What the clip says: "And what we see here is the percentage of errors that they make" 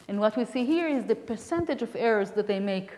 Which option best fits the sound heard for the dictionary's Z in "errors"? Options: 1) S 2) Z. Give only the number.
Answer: 2